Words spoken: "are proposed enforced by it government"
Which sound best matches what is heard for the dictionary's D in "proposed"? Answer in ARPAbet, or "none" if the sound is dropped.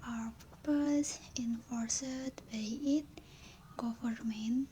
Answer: none